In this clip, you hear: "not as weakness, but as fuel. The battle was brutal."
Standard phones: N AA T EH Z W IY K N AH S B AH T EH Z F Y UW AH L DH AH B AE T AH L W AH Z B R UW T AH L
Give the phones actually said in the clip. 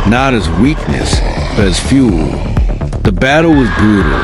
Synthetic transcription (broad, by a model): N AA T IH Z W IY K N AH S B AH T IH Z F Y UW L DH AH B AE T L W AH Z B R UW T L